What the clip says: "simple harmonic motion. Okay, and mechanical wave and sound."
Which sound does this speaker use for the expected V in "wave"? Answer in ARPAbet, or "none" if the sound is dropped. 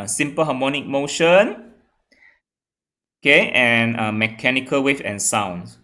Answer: F